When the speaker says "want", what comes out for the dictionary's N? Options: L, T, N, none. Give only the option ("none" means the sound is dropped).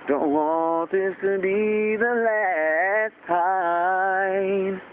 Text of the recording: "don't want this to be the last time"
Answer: none